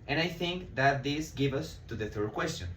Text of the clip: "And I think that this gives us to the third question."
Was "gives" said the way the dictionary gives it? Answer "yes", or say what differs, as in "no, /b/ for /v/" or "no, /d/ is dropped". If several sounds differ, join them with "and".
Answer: no, /z/ is dropped